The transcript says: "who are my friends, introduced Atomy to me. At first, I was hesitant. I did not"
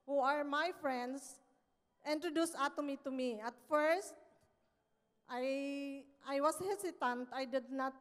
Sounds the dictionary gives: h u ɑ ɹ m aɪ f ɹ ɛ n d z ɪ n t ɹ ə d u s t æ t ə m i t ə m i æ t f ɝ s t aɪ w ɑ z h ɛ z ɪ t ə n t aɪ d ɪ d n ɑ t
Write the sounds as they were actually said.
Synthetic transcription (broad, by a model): h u ɑ ɹ m aɪ f ɹ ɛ n d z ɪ n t ɹ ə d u s ɑ t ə m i t ə m i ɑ t f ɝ s t aɪ w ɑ s h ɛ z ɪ t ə n t aɪ d ɪ d n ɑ t